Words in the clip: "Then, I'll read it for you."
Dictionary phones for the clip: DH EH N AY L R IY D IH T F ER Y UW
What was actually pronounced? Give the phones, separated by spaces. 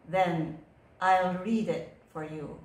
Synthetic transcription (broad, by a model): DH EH N AY L R IY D IH T F ER Y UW